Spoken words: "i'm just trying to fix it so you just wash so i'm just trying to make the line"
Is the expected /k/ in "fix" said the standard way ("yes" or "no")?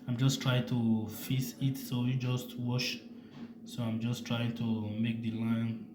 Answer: no